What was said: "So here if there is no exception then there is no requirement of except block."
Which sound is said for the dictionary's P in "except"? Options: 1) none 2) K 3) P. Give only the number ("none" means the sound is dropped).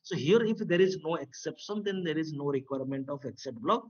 1